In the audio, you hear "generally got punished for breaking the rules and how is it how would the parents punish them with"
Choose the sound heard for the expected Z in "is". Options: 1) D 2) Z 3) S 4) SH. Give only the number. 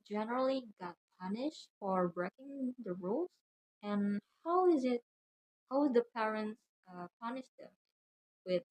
2